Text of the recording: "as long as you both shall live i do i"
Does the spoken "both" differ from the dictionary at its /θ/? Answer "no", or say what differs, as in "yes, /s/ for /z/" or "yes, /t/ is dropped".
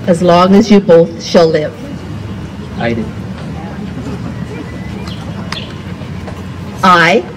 no